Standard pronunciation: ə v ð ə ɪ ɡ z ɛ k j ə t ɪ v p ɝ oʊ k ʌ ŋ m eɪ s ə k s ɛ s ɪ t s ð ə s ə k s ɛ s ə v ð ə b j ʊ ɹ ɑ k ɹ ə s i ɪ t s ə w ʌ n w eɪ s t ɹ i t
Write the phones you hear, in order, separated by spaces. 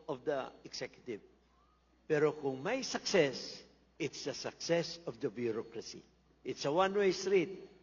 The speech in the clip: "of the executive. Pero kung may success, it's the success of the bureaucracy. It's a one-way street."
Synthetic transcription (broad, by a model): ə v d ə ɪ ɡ s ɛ k j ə t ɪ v p ɝ oʊ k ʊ ŋ m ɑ s ə k s ɛ s ɪ t s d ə s ə k s ɛ s ə v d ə b j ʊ ɹ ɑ k ɹ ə s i ɪ t s ə w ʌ n w eɪ s t ɹ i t